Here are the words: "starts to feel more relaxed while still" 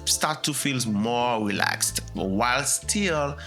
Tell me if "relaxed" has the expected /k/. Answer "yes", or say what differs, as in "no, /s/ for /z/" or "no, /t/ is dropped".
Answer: yes